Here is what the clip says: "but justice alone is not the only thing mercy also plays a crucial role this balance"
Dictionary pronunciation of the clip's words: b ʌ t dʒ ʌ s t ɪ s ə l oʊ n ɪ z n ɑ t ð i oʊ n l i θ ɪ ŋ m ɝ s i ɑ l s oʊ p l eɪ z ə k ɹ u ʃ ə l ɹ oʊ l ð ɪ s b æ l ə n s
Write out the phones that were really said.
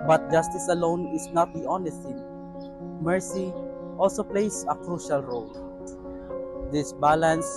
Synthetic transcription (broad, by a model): b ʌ t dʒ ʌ s t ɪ s ə l oʊ n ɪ s n ɑ t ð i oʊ n i t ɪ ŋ m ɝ s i ɑ l s oʊ p l eɪ s ə k ɹ u ʃ ə l ɹ oʊ l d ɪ s b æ l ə n s